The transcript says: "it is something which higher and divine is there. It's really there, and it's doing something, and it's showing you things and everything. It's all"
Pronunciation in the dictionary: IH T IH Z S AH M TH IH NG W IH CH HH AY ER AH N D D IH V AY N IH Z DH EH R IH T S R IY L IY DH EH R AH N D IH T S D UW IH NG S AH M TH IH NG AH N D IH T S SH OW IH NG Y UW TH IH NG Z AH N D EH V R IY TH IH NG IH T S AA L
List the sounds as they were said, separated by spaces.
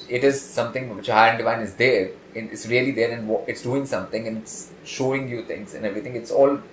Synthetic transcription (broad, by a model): IH T IH Z S AH M T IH NG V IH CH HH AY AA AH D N D IH V AY N IH Z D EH R IH T S R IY L IY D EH R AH N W IH T S D UW IH NG S AH M T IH NG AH N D IH T S SH OW IH NG Y UW T IH NG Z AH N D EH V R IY T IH NG IH T S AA L